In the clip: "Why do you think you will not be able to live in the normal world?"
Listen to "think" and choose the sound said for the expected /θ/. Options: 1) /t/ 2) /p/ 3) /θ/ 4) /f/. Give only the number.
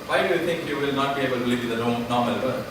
1